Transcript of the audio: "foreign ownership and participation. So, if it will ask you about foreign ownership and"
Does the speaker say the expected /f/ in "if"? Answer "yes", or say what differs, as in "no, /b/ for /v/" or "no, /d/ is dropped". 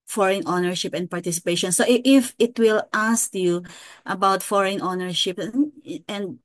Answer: yes